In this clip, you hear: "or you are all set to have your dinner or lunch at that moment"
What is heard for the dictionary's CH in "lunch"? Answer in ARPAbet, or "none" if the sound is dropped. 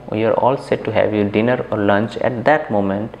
CH